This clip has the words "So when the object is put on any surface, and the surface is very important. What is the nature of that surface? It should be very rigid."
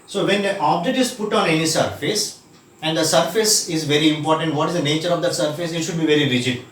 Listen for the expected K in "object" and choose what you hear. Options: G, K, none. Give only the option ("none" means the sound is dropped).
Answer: none